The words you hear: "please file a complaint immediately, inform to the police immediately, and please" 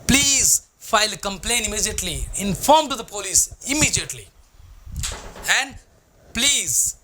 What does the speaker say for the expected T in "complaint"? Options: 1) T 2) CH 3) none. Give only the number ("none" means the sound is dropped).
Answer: 3